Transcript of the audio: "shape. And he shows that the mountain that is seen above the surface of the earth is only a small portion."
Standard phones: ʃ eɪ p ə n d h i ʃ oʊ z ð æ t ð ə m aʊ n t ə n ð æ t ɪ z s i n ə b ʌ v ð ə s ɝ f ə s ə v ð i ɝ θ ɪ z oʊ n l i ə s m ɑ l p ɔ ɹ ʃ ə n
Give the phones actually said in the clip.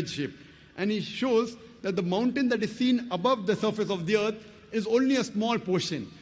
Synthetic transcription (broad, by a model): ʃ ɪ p ə n d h i ʃ oʊ z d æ t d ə m aʊ n t ə n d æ t ɪ z s i n ə b ʌ v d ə s ɝ f ə s ə v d i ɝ t ɪ z oʊ n l i ə s m ɑ l p ɔ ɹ ʃ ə n